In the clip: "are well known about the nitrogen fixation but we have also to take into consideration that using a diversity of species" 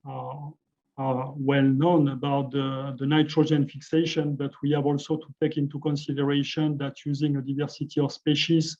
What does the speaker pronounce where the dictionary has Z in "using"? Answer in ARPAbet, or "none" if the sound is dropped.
Z